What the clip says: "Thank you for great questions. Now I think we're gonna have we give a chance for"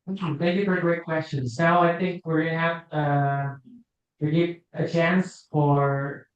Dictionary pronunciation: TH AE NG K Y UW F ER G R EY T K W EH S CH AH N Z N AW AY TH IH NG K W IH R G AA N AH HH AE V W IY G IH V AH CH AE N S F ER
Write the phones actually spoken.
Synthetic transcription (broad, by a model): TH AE NG K Y UW F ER G R EY T K W EH S CH AH N Z N AW AY TH IH NG K W IH R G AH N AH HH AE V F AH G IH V AH CH AE N S F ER